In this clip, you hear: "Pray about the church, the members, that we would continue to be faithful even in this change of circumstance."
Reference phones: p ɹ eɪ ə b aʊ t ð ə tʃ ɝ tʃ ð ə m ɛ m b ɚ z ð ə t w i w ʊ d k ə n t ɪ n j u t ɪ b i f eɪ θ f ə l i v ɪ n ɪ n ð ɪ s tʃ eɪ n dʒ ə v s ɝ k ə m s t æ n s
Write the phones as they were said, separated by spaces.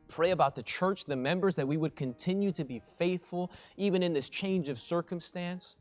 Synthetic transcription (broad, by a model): p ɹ eɪ ə b aʊ t ð ə tʃ ɝ tʃ ð ə m ɛ m b ɚ z ð ə t w i w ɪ d k ə n t ɪ n j u t ɪ b i f eɪ θ f ə l i v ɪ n ɪ n ð ɪ s tʃ eɪ n dʒ ə v s ɝ k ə m s t æ n s